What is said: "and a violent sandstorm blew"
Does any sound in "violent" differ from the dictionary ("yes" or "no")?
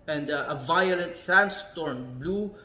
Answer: no